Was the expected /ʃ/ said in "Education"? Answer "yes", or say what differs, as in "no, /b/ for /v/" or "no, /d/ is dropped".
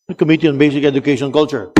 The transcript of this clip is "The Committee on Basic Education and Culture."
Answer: no, /ʃ/ is dropped